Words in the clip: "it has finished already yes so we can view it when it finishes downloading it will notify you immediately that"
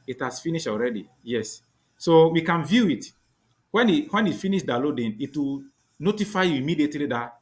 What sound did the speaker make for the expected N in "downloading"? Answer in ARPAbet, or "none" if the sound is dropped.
none